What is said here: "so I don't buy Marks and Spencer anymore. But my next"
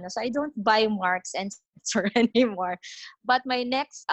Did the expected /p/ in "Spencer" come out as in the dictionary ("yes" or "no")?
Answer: no